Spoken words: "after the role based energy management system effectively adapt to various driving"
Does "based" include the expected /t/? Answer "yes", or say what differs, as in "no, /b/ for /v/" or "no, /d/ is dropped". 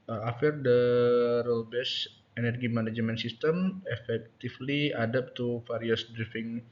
no, /t/ is dropped